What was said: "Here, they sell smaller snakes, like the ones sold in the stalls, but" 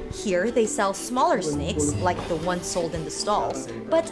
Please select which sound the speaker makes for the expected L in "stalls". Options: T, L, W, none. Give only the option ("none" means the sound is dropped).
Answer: L